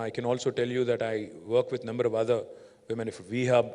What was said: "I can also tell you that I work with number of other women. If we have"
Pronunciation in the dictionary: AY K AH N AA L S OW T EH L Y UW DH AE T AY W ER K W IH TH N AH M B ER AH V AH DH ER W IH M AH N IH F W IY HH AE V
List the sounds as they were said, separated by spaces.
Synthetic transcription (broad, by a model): AY K AH N AA L S OW T EH L Y UW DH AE T AY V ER K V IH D N AH M B ER AH V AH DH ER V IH M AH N IH F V IY HH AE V